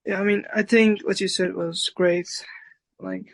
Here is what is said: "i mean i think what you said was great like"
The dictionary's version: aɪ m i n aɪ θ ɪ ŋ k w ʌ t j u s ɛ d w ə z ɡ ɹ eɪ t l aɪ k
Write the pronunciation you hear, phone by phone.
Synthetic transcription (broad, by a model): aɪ m i n aɪ θ ɪ ŋ k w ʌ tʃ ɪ s ɛ d w ə z ɡ ɹ eɪ t l aɪ k